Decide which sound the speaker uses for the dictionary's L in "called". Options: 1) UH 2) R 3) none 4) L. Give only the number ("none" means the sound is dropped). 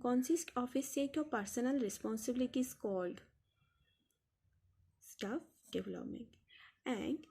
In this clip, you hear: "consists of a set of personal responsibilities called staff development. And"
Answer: 4